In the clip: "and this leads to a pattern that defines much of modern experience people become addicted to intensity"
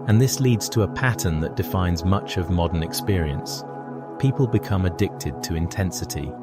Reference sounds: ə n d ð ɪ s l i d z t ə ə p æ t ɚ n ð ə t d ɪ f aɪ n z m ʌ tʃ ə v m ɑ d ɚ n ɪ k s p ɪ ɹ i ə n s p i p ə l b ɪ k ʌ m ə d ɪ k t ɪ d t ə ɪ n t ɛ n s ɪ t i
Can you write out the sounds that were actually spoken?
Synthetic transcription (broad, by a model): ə n ð ɪ s l i d z t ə ə p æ t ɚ n ð ə t d ɪ f aɪ n z m ʌ tʃ ə v m ɑ d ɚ n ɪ k s p ɪ ɹ i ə n s p i p ə l b ɪ k ʌ m ə d ɪ k t ɪ d t ə ɪ n t ɛ n s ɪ t i